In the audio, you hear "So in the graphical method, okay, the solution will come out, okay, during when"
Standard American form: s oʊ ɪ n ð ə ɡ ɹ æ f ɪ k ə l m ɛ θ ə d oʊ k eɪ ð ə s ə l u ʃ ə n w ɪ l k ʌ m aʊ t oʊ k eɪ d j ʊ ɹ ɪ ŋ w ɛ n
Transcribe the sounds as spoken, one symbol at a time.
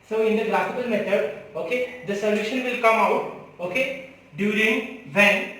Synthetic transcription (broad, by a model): s oʊ ɪ n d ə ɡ l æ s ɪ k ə l m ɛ t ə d oʊ k eɪ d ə s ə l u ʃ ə n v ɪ l k ʌ m aʊ t oʊ k eɪ d j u ɹ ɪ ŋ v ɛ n